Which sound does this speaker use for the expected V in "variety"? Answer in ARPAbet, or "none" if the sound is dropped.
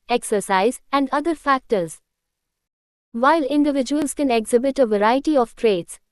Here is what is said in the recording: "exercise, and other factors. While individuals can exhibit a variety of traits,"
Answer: V